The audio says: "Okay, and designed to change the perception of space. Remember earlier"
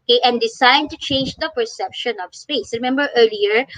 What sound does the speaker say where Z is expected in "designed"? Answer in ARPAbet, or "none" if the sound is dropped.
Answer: S